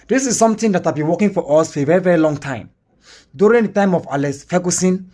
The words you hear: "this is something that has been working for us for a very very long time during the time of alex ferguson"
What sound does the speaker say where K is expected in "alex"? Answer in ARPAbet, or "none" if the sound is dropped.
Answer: none